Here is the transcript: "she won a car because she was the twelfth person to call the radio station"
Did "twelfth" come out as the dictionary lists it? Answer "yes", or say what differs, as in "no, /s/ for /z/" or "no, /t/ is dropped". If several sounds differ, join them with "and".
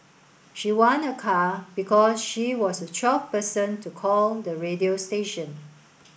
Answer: no, /l/ is dropped